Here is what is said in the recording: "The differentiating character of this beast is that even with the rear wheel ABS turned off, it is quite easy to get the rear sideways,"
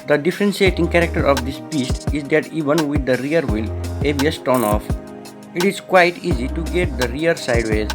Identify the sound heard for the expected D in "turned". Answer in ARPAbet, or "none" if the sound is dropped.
none